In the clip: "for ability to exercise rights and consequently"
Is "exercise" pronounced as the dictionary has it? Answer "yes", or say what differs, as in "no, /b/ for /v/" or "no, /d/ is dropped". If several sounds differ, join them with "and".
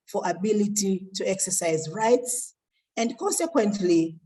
yes